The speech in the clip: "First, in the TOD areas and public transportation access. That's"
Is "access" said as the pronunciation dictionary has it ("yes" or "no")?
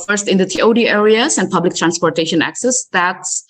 yes